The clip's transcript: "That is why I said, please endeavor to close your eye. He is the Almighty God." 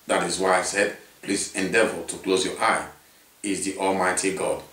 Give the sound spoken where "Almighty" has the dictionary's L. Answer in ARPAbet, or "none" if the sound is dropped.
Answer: L